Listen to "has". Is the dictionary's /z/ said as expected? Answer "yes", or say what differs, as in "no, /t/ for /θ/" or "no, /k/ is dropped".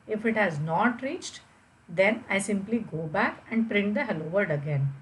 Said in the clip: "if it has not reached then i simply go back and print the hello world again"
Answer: yes